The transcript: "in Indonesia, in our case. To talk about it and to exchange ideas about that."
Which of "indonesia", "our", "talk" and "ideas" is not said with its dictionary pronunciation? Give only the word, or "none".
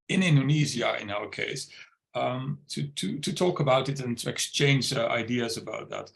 indonesia